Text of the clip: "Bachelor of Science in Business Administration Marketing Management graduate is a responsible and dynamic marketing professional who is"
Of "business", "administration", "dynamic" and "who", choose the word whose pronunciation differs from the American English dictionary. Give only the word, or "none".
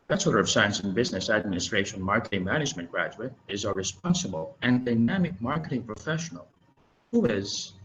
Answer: none